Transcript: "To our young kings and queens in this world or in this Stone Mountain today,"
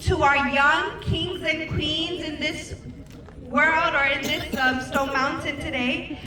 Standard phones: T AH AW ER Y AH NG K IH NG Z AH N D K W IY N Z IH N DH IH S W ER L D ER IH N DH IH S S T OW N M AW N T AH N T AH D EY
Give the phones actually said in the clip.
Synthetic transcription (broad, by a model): T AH AW ER Y AH NG K IH NG Z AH N K W IY N Z IH N DH IH S W ER L D ER IH N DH IH S S T OW N M AW N T AH N T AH D EY